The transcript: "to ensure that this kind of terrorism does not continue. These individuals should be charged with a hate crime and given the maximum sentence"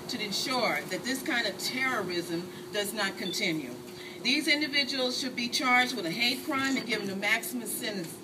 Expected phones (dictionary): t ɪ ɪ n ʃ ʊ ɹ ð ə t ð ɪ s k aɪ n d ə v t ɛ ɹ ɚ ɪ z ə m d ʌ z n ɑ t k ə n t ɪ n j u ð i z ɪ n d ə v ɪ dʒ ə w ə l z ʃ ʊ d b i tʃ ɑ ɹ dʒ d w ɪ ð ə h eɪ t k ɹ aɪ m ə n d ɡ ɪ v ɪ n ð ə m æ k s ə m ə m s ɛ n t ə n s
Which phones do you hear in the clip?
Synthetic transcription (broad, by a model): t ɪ ɪ n ʃ ʊ ɹ ð ə t ð ɪ s k aɪ n d ə v t ɛ ɹ ɚ ɪ z ə m d ʌ z n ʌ t k ə n t ɪ n j u ð i z ɪ n d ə v ɪ dʒ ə w l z ʃ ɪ d b i tʃ ɑ ɹ dʒ d w ɪ ð ə h eɪ t k ɹ aɪ m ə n ɡ ɪ v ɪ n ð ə m æ k s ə m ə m s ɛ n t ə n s